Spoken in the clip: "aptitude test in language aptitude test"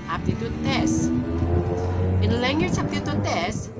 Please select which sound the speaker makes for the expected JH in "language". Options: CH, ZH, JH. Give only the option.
CH